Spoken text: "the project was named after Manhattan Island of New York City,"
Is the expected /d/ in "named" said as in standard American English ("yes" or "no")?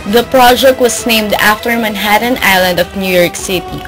yes